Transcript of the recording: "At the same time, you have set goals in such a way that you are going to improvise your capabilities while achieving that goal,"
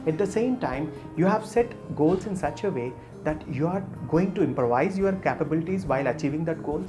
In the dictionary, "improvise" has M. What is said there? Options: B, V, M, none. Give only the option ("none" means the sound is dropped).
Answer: M